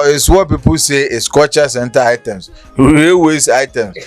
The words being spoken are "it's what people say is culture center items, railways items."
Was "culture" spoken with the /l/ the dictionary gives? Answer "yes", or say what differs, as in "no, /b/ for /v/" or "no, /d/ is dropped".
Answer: no, /l/ is dropped